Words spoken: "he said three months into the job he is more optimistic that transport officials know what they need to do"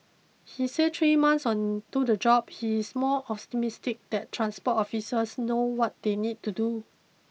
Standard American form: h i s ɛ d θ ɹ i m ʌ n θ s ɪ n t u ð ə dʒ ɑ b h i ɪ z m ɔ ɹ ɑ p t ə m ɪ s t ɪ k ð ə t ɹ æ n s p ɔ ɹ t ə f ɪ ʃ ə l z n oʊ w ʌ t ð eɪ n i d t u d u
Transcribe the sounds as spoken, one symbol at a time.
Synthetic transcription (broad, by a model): h i s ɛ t ɹ i m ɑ n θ s ɪ n t u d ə dʒ ɑ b h i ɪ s m ɔ l ɑ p t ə m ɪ s t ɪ k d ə t ɹ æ n s p ɔ t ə f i s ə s n oʊ w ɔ t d eɪ n i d t u d u